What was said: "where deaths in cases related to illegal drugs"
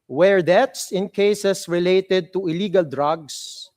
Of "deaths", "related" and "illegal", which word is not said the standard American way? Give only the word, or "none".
deaths